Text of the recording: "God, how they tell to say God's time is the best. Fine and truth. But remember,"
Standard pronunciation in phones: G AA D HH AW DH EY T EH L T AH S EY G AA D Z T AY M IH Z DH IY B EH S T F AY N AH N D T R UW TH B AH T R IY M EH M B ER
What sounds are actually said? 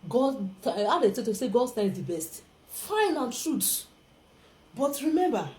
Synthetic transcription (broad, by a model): G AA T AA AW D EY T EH T AH S EY G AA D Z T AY IH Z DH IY B EH S T F AY N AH N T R UW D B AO T R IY M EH M B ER